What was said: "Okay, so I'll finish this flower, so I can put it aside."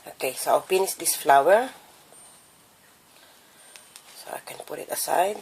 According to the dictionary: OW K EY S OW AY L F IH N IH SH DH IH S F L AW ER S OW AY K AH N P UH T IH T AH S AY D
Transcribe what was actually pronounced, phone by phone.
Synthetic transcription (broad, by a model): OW K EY S OW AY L P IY N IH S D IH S F L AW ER S OW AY K AH N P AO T IH T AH S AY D